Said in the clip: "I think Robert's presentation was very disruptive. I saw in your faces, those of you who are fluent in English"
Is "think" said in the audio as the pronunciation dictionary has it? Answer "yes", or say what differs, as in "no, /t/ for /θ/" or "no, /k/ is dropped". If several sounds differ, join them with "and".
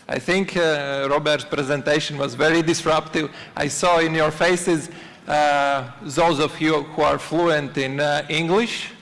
yes